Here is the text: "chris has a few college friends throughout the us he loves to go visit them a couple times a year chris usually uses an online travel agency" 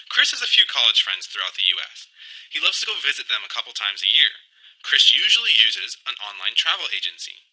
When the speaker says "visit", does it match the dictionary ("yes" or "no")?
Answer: yes